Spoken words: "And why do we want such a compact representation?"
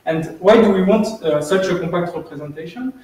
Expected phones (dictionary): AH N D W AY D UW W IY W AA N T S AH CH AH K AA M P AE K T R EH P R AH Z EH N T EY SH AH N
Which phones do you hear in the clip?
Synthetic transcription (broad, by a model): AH N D W AY D UW W IY W AA N T S AH CH AH K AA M P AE K T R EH P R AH Z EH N T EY SH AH N